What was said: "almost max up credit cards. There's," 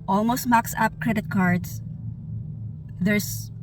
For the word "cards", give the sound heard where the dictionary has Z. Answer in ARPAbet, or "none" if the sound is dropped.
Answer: S